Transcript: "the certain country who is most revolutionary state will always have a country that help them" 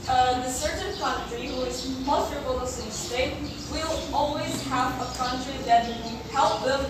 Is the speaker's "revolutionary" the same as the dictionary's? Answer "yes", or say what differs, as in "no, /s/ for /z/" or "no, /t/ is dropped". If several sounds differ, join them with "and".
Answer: no, /n/ is dropped